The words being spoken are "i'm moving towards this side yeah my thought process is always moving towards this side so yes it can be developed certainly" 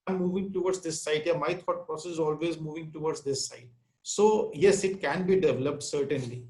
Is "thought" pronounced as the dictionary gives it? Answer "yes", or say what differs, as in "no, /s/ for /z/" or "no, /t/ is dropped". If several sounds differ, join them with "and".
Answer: no, /t/ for /θ/